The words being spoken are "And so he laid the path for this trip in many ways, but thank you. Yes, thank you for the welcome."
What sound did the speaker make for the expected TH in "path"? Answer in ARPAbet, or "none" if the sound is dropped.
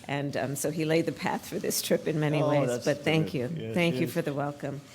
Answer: TH